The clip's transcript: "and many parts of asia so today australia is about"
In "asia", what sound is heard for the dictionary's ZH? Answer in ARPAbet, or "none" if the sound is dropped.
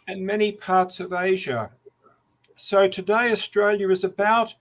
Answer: ZH